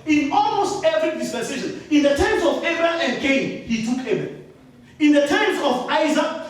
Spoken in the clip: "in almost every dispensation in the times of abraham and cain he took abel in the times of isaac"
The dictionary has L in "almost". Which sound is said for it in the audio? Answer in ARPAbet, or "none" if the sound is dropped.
L